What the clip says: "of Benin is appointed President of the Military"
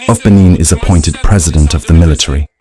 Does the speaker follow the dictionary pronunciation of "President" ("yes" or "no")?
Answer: yes